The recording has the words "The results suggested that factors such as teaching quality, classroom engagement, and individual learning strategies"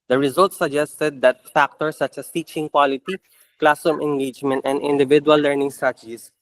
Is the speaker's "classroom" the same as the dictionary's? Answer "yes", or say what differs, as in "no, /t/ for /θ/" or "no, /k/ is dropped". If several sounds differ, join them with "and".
no, /ɹ/ is dropped